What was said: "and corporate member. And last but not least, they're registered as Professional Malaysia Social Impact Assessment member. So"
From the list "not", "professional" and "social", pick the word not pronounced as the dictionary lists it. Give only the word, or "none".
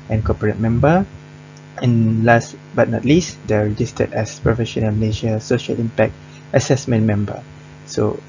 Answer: none